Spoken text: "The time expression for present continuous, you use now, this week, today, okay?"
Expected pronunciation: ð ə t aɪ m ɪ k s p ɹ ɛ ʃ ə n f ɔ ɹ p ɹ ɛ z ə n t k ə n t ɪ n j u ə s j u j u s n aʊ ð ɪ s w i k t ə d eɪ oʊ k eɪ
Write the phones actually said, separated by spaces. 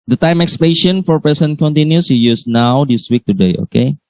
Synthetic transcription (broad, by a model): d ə t aɪ m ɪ k s p l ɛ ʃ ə n f ɔ ɹ p ɛ s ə n k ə n t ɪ n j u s j u j u s n aʊ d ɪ s w i k t ə d eɪ oʊ k eɪ